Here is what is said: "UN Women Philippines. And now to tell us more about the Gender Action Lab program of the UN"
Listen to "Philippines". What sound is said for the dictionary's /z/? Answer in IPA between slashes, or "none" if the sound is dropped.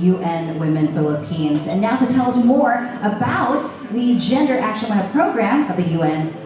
/z/